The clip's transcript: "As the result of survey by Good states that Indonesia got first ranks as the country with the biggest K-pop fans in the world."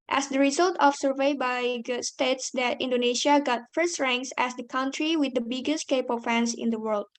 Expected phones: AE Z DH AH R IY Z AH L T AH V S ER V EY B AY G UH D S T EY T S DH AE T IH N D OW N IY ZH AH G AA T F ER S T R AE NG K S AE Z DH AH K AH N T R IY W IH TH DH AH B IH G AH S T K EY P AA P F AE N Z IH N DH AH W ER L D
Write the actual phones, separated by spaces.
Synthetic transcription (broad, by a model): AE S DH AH R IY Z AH L T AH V S ER V EY B AY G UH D S T EY T S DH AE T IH N D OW N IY SH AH G AA T F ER S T R AE NG K S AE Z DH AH K AH N T R IY W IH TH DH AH B IH G AH S T K EY P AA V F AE N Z IH N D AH W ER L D